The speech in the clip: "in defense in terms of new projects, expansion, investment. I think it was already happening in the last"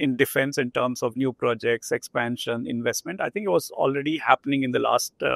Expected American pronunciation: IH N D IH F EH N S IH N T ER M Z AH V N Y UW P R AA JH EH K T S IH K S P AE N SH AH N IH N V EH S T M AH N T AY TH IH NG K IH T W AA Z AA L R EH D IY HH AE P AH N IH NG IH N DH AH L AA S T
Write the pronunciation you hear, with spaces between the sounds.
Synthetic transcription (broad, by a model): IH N D IH F EH N S IH N T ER M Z AH V N Y UW P R AA JH EH K T S IH K S P AE N SH AH N IH N V EH S T M AH N T AY T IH NG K IH T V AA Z AA L R EH D IY HH AE P AH N IH NG IH N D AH L AA S T